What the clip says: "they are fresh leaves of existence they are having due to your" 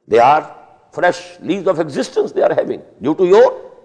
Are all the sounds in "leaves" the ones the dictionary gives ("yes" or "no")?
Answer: no